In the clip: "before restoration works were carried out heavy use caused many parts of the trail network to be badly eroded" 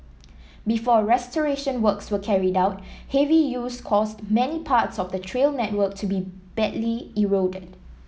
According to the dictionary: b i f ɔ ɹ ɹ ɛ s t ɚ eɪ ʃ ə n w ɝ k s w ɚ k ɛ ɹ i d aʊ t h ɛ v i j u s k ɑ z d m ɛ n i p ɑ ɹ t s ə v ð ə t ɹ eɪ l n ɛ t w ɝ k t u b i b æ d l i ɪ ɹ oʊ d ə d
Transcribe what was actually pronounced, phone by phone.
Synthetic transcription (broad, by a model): b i f ɔ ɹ ɹ ɛ s t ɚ eɪ ʃ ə n w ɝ k s w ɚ k ɛ ɹ i d aʊ t h ɛ v i j u s k ɑ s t m ɛ n i p ɑ t s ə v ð ə t ɹ eɪ l n ɛ t w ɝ k t u b i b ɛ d l i ɪ ɹ oʊ d ə d